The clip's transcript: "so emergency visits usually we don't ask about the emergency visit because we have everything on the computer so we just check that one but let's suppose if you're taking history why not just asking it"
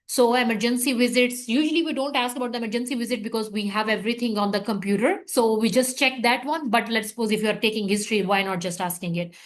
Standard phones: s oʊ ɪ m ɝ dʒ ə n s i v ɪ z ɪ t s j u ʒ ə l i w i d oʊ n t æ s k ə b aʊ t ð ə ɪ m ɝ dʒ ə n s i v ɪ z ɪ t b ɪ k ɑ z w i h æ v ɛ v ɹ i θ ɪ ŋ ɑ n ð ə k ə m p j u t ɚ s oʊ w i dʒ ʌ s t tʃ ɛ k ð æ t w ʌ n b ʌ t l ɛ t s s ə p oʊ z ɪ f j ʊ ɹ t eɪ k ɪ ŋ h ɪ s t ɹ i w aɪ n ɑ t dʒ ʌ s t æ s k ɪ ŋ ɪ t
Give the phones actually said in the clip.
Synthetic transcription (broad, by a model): s oʊ ɪ m ɝ dʒ ə n s i v ɪ z ɪ t s j u ʒ ə l i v i d oʊ n t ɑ s k ə b aʊ t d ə ɪ m ɝ dʒ ə n s i v ɪ z ɪ t b ɪ k ɑ z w i h æ v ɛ v ɹ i t ɪ ŋ ɑ n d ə k ə m p j u t ɚ s oʊ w i dʒ ʌ s t tʃ ɛ k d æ t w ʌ n b ʌ t l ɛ t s s ə p oʊ z ɪ f j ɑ ɹ t eɪ k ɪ ŋ h ɪ s t ɹ i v aɪ n ɑ t dʒ ʌ s t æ s k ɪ ŋ ɪ t